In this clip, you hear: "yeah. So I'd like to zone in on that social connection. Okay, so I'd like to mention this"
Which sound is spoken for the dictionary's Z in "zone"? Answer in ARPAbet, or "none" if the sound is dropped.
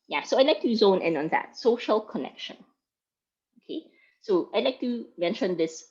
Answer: Z